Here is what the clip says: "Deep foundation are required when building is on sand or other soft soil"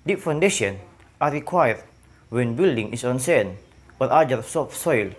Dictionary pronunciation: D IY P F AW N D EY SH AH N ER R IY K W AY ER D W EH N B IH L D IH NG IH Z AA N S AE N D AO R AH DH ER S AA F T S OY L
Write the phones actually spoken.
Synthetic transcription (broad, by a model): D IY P F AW N D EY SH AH N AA R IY K W AY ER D W EH N B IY L D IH NG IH S AA N S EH N AO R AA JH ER S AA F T S OY L